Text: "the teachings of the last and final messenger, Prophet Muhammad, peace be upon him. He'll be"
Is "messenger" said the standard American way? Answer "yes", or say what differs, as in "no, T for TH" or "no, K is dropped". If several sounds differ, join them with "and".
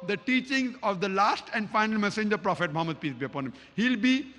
yes